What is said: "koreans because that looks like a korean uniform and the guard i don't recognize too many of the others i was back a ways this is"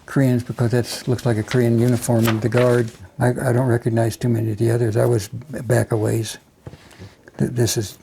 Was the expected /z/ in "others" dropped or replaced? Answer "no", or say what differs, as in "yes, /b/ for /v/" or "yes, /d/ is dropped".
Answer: no